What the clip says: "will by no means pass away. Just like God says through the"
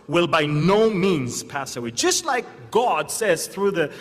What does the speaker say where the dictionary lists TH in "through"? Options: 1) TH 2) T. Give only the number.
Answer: 1